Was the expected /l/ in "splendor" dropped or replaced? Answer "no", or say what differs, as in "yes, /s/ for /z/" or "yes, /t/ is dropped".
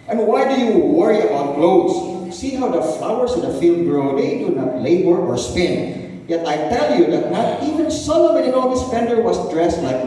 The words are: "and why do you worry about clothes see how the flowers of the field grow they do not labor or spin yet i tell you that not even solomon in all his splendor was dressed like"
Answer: yes, /l/ is dropped